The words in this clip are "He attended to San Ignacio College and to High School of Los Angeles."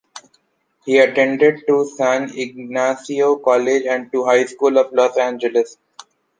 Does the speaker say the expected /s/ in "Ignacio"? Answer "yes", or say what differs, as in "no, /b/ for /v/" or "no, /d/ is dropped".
yes